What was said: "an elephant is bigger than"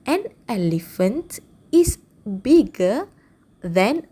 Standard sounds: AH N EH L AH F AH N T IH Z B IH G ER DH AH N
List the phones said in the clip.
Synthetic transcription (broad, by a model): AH N EH L AH F AH N T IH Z B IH G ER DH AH N